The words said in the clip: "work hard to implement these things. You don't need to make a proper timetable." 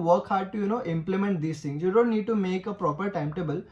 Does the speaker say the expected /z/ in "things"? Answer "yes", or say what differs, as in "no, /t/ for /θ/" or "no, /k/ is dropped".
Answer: no, /z/ is dropped